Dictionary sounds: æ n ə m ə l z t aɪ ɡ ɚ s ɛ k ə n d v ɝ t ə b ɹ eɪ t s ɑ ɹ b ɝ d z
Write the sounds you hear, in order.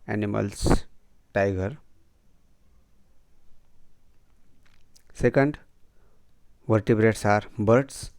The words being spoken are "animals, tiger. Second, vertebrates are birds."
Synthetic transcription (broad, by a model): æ n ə m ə l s t aɪ ɡ ɚ s ɛ k ə n d v ɝ t ə b ɹ eɪ t s ɑ ɹ b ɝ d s